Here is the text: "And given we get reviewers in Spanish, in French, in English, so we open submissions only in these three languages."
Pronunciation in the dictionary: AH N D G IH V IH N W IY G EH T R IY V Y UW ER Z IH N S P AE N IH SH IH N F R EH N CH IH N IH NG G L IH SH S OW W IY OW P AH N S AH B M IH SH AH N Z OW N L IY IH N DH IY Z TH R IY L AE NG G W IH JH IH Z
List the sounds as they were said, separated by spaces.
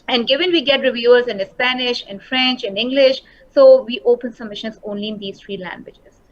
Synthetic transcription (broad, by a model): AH N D G IH V IH N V IY G EH T R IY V Y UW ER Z IH N S P AE N IH SH IH N F R EH N CH IH N IH NG G L IH SH S OW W IY OW P AH N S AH M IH SH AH N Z OW N L IY IH N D IY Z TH R IY L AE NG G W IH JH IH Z